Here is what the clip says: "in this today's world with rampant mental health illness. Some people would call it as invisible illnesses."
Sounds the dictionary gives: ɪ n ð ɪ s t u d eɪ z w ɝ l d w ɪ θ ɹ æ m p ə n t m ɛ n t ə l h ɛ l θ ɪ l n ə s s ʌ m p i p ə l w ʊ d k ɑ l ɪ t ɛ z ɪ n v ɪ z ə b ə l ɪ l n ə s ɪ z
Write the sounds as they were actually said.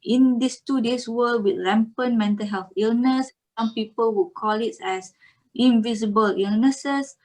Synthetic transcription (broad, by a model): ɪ n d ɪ s t u d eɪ s w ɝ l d w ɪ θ l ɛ m p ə n m ɛ n t ə l h ɛ l θ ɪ l n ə s s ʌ m p i p ə l w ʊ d k ɑ l ɪ t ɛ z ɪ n v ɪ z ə b ə l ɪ l n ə s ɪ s